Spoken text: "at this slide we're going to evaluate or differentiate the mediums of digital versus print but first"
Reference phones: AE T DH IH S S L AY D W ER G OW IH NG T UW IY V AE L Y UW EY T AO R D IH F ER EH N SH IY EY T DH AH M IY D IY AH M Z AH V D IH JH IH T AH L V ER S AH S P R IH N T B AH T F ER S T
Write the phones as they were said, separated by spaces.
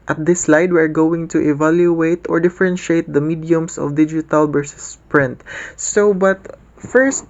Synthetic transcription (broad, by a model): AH T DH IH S S L AY D W ER G OW IH NG T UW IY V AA L Y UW EY T AO R D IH F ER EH N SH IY EY T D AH M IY D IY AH M S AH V D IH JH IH T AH L B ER S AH S P R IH N T B AH T F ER S T